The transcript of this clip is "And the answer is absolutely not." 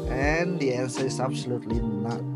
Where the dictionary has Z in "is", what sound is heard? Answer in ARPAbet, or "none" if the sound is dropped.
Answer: S